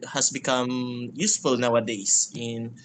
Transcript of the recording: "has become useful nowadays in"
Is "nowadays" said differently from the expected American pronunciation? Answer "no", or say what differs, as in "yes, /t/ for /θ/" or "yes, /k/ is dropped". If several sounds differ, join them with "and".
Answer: yes, /s/ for /z/